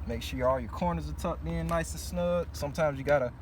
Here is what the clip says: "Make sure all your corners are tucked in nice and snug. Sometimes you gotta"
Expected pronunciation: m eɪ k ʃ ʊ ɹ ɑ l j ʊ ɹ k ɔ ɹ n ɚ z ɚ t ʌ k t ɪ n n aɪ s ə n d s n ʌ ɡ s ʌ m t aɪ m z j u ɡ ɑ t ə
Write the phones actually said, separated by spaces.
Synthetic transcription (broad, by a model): m eɪ k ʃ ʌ ɑ l j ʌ ɹ k ɔ ɹ n ɚ z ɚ t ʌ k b ɪ n n aɪ s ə s n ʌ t s ʌ m t aɪ m z j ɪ ɡ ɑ t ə